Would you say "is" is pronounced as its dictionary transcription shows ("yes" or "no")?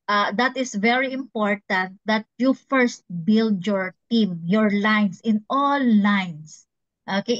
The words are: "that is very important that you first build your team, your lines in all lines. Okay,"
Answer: no